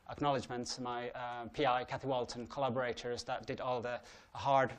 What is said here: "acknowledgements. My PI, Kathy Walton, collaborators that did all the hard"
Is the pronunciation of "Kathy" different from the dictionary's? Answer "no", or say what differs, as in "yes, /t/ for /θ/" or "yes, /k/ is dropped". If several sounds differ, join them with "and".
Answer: no